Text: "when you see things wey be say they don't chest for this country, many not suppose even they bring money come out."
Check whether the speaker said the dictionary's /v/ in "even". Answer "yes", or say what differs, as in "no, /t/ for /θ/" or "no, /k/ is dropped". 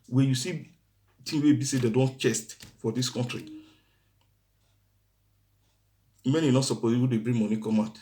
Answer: no, /w/ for /v/